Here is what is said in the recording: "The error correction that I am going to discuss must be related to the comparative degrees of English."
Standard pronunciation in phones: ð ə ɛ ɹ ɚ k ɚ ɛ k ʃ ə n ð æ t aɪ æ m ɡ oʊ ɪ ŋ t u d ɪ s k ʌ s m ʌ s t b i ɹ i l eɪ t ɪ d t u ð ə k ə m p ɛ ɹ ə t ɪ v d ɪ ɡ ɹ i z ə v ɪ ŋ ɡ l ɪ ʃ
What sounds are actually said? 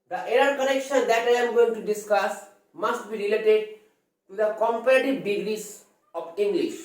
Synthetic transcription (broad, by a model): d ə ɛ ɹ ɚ k ɚ ɛ k ʃ ə n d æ t aɪ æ m ɡ oʊ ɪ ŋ t u d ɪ s k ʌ s m ʌ s t b i ɹ i l eɪ t ɪ d t u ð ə k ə m p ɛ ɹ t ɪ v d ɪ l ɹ i s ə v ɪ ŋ ɡ l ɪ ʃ